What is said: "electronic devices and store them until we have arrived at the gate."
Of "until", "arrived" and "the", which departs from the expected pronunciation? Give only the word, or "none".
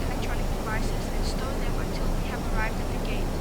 none